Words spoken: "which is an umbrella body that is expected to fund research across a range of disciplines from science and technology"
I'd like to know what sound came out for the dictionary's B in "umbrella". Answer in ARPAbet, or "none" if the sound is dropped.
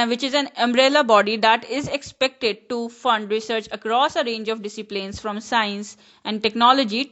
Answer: B